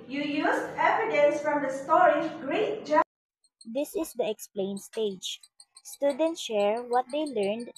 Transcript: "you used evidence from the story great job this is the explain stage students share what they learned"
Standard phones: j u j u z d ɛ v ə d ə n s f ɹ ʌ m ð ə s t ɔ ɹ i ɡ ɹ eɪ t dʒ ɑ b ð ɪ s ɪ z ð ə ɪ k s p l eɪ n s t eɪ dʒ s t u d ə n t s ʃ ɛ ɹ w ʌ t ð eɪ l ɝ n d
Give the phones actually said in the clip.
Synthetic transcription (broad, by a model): j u j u s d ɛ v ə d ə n s f ɹ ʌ m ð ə s t ɔ ɹ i ɡ ɹ eɪ t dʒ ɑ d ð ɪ s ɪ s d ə ɪ k s p l eɪ n s t eɪ dʒ s t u d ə n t ʃ ɛ ɹ w ʌ t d eɪ l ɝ n d